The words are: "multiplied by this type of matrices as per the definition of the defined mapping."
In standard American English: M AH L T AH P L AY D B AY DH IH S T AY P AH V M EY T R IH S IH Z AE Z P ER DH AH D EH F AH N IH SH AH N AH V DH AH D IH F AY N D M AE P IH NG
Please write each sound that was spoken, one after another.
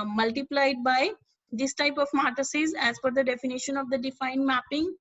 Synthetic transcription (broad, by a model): M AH L T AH P L AY D B AY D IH S T AY P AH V M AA T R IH S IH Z AE Z F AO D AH D EH F AH N IH SH AH N AH V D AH D IH F AY N D M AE P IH NG